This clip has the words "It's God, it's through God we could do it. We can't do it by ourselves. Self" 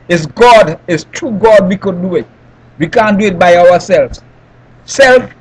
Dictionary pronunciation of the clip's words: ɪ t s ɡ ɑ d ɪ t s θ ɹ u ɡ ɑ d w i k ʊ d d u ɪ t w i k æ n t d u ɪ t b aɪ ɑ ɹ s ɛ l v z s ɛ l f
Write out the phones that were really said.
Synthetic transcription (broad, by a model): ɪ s ɡ ɑ d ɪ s t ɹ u ɡ ɑ d w i k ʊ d d u ɪ t w i k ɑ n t d u ɪ t b aɪ ɑ w s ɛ l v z s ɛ l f